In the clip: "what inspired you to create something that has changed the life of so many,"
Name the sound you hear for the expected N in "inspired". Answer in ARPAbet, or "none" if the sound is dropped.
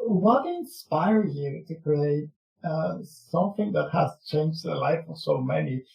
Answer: N